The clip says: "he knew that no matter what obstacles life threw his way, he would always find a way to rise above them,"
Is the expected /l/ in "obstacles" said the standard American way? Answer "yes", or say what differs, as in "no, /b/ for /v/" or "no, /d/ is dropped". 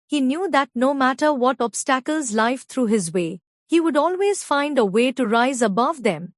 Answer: yes